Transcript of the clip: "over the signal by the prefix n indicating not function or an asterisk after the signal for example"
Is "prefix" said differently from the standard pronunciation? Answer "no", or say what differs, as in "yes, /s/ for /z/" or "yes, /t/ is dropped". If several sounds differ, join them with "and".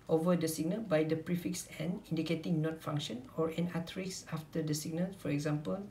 no